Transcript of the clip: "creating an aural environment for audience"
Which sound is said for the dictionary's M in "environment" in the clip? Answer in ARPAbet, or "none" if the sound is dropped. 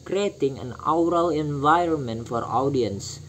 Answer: M